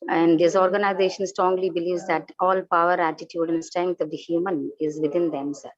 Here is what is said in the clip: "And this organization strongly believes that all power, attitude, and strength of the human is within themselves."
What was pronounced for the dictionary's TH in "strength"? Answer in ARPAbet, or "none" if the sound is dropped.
T